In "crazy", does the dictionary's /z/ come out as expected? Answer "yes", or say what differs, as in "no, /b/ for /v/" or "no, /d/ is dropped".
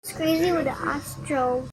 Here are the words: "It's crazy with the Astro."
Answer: yes